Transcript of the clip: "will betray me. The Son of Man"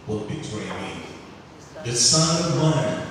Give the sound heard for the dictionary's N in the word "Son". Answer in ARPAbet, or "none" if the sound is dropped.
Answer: none